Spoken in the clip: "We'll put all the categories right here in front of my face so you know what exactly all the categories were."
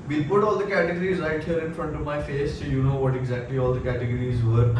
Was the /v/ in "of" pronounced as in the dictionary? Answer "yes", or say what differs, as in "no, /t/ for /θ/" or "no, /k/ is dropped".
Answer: yes